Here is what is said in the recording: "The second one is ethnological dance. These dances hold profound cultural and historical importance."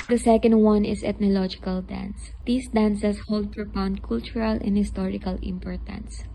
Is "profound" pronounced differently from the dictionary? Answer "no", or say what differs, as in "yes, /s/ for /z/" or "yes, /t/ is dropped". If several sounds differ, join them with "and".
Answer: yes, /p/ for /f/